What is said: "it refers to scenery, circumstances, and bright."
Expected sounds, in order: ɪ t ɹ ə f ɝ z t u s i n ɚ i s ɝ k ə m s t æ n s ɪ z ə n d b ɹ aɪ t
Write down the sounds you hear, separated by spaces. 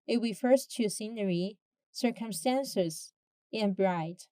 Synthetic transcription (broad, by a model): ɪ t w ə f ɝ s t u s i n ɚ i s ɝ k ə m s t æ n s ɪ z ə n b ɹ aɪ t